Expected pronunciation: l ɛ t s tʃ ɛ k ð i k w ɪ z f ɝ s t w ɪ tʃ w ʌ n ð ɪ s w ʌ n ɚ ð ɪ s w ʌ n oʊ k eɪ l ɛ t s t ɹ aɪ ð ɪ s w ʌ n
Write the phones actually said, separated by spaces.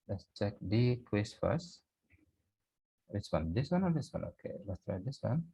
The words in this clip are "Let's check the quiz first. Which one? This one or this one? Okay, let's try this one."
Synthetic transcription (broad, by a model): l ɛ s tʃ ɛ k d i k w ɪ s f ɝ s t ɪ s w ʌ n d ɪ s w ʌ n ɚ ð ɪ s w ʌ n oʊ k eɪ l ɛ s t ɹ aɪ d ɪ s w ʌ n